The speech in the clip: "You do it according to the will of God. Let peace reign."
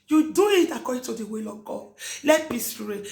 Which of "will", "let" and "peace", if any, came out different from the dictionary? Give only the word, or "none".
peace